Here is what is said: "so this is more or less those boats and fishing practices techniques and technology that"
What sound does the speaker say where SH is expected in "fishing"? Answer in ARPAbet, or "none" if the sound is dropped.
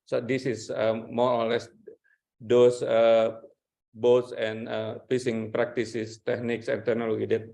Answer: S